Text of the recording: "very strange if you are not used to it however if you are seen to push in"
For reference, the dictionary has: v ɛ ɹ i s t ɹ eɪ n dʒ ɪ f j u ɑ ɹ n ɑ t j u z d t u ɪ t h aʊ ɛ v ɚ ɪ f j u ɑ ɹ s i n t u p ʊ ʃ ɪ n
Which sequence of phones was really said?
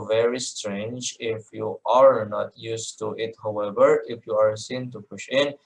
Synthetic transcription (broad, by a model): v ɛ ɹ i s t ɹ eɪ n dʒ ɪ f j u ɑ ɹ n ɑ t j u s t u ɪ t h aʊ ɛ v ɚ ɪ f j u ɑ ɹ s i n t u p ʊ ʃ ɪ n